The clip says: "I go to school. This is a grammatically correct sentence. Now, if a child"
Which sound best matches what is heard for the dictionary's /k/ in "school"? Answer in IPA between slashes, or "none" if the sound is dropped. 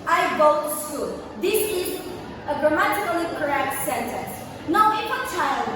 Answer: none